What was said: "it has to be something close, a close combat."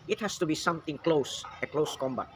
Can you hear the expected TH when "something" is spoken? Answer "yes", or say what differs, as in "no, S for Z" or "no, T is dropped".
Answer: no, T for TH